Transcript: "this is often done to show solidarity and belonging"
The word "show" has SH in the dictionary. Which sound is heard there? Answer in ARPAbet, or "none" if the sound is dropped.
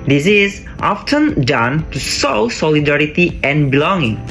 S